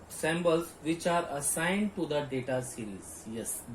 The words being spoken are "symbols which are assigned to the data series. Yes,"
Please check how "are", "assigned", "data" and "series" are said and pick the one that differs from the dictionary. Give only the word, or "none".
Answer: series